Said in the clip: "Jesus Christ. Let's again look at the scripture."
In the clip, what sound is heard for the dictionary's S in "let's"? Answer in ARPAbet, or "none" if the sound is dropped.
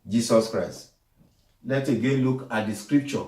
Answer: none